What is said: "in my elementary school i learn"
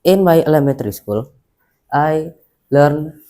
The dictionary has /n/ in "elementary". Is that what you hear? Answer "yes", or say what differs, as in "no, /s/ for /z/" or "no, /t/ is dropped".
no, /n/ is dropped